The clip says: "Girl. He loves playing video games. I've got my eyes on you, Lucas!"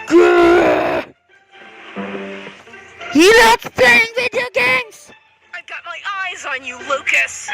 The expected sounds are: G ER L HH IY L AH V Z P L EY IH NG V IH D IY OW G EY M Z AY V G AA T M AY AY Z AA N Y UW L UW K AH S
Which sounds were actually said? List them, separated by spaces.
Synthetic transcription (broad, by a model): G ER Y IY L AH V P L EY IH NG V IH D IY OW G EY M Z AY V G AA T M AY AY Z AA N Y UW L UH K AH S